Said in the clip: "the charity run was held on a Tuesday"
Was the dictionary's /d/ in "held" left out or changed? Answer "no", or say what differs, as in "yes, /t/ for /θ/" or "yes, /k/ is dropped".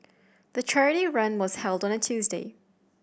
no